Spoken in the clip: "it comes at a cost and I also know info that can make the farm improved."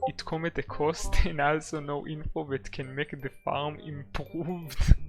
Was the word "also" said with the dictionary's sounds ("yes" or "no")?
yes